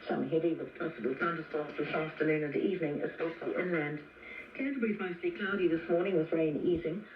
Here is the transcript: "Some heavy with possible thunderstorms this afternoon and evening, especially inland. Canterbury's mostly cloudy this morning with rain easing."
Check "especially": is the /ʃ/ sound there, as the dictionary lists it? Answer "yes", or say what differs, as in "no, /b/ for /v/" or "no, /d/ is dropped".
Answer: no, /s/ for /ʃ/